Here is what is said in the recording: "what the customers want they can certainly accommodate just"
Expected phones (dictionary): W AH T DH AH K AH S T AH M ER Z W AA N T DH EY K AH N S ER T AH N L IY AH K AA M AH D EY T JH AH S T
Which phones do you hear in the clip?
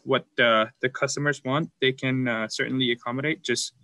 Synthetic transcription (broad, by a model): W AH T DH AH K AH S T AH M ER Z W AA N T DH EY K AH N S ER T N L IY AH K AA M AH D EY T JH AH S T